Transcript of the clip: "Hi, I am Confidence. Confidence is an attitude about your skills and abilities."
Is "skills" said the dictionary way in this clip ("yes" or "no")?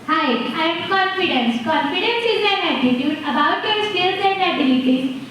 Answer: no